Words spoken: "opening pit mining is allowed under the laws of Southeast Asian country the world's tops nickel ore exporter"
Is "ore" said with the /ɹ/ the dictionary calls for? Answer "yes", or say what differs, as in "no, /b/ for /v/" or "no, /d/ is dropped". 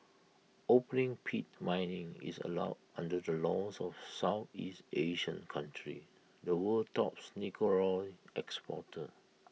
no, /l/ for /ɹ/